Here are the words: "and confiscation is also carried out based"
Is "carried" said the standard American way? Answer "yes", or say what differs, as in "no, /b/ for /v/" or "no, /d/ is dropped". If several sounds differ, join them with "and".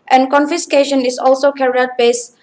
no, /d/ is dropped